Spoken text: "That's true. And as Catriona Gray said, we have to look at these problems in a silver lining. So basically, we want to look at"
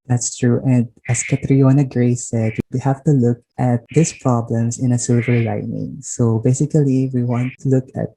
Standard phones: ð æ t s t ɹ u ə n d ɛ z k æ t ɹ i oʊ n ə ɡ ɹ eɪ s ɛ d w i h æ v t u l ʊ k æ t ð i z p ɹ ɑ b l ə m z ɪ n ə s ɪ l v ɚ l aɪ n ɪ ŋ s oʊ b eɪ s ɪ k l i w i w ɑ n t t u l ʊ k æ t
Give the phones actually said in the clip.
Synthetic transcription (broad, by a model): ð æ t s t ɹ u ə n d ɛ s k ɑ t ɹ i oʊ n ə ɡ ɹ eɪ s ɛ d w i h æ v t u l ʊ k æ t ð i s p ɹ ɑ b l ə m s ɪ n ə s ɪ l v ɚ l aɪ n ɪ ŋ s oʊ b eɪ s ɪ k l i w i w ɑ n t t u l ʊ k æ t